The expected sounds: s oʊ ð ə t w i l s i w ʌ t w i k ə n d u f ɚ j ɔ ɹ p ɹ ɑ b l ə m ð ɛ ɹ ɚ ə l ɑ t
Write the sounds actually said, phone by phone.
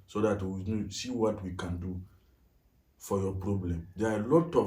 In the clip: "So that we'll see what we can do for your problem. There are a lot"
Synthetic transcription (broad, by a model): s oʊ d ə t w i n s i w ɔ t w i k ə n d u f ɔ j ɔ p ɹ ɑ b l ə m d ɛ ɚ ə l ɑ t